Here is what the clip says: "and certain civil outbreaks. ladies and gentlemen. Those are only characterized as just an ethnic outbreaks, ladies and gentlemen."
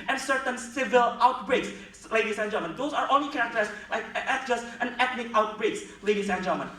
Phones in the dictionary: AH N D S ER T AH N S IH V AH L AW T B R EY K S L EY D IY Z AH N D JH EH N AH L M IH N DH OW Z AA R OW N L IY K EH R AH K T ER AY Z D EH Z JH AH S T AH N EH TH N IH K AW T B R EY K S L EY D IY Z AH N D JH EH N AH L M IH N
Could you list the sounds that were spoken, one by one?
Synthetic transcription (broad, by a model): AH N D S ER T AH N S IH V AH L AW T B R EY K S L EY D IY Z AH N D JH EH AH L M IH N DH OW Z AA R OW N L IY K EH R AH K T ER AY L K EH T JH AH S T AH N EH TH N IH K AW T B R EY K S L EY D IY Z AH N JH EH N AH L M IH N